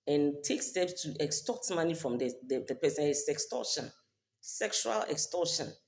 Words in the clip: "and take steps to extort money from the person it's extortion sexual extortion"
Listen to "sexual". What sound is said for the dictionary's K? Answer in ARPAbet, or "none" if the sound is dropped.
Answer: K